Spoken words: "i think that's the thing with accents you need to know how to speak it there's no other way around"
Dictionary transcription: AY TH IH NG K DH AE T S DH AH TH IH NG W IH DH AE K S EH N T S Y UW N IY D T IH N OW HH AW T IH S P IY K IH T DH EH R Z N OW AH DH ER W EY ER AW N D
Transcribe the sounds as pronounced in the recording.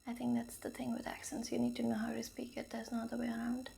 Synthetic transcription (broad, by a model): AY TH IH NG K DH AE T S DH AH TH IH NG W IH DH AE K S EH N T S Y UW N IY D T IH N OW HH AW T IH S P IY K IH T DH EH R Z N OW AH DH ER W EY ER AW N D